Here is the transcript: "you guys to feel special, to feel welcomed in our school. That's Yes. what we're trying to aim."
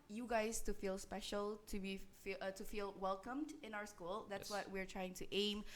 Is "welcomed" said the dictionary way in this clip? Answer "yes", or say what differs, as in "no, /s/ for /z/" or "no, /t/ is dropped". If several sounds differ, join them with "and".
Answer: yes